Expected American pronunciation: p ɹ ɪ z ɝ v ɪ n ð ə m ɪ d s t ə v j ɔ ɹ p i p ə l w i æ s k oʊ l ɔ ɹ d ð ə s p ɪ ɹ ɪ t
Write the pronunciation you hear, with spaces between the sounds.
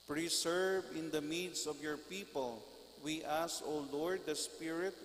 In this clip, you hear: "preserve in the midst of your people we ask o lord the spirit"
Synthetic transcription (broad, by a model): p ɹ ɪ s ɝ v ɪ n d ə m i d s ə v j ɔ ɹ p i p ə l w i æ s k oʊ l ɔ ɹ d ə s p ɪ ɹ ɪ t